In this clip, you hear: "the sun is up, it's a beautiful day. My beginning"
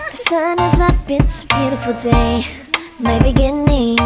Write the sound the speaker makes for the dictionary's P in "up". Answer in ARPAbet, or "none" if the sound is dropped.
B